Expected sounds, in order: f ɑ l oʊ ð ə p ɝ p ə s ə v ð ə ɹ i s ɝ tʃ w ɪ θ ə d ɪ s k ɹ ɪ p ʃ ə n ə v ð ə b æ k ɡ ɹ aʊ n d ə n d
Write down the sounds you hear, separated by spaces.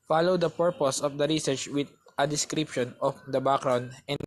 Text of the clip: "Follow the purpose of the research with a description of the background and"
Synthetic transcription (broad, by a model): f ɑ l oʊ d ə p ɝ p ə s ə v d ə ɹ i s ɝ tʃ w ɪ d ə d ɪ s k ɹ ɪ p ʃ ə n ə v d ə b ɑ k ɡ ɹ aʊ n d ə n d